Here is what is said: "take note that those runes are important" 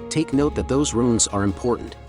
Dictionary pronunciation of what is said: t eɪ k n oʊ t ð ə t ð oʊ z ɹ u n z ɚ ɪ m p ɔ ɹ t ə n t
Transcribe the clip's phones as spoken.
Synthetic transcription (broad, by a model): t eɪ k n oʊ t ð ə t ð oʊ z ɹ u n z ɚ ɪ m p ɔ ɹ t n t